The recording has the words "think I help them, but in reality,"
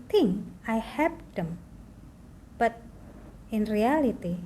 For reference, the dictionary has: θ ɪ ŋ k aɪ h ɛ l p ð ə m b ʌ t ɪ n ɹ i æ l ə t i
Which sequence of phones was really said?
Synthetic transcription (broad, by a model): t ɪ ŋ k aɪ h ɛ p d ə m b ʌ t ɪ n ɹ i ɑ l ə t i